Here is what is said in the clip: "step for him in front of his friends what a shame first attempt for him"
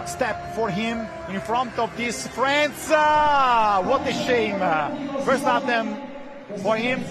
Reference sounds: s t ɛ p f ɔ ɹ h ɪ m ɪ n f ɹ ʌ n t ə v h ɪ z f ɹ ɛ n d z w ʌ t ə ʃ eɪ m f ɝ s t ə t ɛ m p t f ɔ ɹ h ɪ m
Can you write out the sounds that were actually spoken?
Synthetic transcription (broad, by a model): s t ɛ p f ɔ ɹ h ɪ m ɪ n f ɹ ʌ n t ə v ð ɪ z f ɹ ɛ n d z w ʌ t ə ʃ eɪ m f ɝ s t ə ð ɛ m f ɔ ɹ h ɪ m